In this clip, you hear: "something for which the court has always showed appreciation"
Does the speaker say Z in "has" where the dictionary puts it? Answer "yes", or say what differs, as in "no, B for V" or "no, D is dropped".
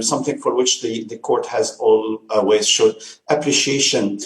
yes